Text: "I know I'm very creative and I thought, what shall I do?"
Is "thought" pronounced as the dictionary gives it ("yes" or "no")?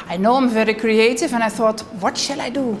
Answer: yes